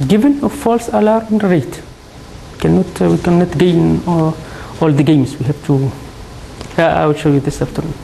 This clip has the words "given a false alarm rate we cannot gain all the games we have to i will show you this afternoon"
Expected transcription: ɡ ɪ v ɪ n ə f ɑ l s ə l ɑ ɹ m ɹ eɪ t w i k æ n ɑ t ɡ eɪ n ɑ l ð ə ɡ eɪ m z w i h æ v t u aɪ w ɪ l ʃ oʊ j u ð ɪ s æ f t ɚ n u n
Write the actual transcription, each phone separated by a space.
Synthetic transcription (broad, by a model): ɡ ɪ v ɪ n ə f ɑ l s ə l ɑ ɹ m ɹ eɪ t w i k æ n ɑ t ɡ eɪ n ɑ l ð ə ɡ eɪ m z w i h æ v t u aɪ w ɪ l ʃ oʊ j u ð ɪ s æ f t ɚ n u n